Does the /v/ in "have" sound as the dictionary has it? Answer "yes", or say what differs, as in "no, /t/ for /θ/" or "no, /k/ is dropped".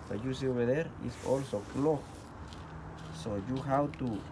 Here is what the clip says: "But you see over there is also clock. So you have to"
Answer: no, /w/ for /v/